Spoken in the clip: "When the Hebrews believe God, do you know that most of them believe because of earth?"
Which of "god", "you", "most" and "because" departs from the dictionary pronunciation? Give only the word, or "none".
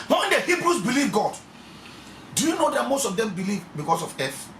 because